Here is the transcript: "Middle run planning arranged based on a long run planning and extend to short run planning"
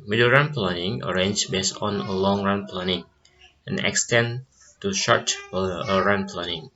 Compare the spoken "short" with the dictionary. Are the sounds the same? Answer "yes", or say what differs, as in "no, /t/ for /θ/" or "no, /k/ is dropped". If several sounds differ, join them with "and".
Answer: yes